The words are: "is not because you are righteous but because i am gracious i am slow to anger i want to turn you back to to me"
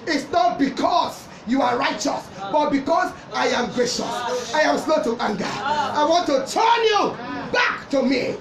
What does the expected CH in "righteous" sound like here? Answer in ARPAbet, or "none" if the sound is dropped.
CH